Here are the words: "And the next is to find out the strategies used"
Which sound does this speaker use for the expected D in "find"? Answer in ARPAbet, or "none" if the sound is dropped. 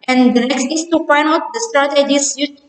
none